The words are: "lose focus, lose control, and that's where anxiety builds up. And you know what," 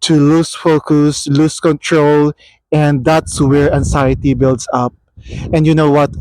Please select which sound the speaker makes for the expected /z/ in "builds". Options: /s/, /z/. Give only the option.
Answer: /s/